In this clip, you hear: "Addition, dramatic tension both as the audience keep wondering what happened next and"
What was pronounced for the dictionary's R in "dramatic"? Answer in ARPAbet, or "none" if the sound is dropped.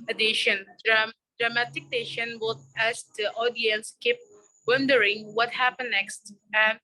R